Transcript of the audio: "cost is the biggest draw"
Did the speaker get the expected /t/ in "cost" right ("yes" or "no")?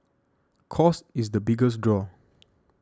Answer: no